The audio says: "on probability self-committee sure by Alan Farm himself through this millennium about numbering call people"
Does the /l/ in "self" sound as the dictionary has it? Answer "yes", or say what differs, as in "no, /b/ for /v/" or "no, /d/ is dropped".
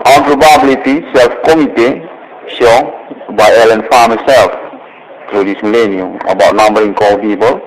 yes